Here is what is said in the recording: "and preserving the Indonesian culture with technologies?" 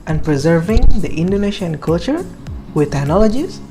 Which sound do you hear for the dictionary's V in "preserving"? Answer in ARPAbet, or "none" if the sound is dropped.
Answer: V